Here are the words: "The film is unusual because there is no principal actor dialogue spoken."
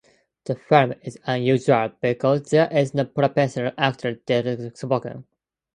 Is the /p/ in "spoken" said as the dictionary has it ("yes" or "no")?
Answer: no